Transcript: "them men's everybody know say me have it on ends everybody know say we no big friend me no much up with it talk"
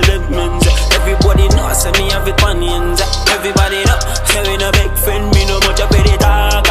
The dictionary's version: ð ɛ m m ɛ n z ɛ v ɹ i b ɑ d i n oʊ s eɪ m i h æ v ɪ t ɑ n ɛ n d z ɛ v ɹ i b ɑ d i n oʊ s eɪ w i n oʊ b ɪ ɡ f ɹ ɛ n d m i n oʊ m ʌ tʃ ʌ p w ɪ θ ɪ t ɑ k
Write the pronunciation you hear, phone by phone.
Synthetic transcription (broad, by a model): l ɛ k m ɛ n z ɛ v ɹ i b ɑ d i n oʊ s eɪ m i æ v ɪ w ɑ n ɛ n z ɛ v ɹ i b ɑ d i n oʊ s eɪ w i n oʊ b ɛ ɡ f ɛ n m i n oʊ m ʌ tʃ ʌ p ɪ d ɪ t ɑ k